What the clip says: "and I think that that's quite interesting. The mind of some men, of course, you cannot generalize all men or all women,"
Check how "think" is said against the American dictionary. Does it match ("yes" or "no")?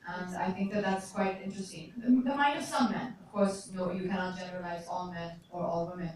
yes